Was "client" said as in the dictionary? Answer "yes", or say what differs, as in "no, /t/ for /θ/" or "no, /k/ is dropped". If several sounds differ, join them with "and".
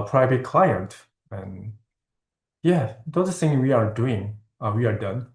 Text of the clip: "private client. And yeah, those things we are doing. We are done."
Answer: yes